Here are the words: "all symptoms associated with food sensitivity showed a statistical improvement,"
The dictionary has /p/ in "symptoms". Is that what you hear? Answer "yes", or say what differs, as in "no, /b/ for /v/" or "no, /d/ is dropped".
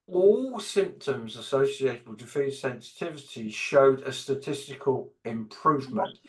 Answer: yes